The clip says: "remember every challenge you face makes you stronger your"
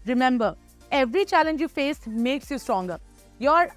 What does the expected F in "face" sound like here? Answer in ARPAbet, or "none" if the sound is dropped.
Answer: F